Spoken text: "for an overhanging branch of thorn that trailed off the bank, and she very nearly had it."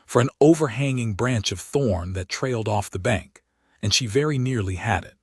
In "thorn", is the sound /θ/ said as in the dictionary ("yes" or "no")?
yes